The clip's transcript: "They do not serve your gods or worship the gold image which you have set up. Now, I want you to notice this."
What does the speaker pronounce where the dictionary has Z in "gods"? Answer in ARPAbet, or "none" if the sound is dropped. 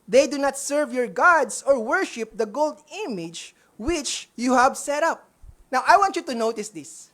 S